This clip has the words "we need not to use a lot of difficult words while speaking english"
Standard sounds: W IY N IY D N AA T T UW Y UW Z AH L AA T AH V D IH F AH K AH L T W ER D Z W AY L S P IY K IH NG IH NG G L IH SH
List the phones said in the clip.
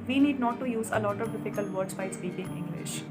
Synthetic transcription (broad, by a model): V IY N IY D N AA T T UW Y UW Z AH L AA T AH V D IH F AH K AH L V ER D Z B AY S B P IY IH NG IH NG G L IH SH